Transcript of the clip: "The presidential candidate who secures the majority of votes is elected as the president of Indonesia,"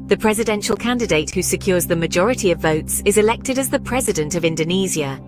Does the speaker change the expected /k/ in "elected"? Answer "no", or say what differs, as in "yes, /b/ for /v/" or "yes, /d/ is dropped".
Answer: no